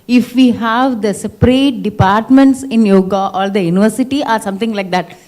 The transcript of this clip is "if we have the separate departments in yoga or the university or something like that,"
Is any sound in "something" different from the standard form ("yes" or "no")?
yes